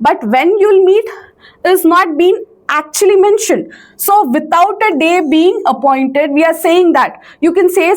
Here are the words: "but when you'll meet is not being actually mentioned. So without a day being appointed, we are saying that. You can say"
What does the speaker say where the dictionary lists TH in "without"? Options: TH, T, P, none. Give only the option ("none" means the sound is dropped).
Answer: T